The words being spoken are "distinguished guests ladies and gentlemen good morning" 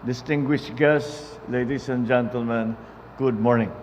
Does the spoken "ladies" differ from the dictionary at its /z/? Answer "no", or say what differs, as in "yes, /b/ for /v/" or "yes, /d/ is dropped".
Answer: yes, /s/ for /z/